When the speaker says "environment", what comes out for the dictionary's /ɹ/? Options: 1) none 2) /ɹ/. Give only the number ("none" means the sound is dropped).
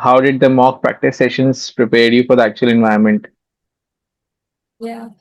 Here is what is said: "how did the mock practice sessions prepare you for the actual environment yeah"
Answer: 1